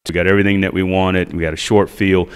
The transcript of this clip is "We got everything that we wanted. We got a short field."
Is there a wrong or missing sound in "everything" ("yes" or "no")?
no